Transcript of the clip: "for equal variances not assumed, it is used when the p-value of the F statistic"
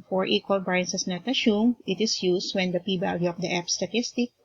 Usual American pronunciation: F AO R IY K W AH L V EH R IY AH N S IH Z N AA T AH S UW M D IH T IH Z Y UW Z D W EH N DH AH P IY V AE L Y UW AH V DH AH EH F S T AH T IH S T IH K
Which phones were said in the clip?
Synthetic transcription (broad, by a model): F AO R IY K W AH L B R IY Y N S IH S N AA T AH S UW M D IH T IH S Y UW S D W EH N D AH P IY B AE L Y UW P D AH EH P S T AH T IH S T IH K